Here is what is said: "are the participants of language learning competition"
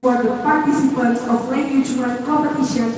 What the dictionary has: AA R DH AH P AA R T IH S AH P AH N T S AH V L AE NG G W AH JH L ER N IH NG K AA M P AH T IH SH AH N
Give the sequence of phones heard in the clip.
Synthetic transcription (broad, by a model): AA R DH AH P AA R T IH S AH P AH N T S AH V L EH G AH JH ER IH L K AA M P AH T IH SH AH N